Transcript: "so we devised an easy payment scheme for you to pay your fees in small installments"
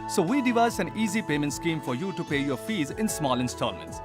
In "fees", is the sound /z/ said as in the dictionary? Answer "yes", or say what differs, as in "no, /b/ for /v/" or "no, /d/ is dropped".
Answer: yes